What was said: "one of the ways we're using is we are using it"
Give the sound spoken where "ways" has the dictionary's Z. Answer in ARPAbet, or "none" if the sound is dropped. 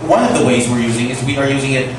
Z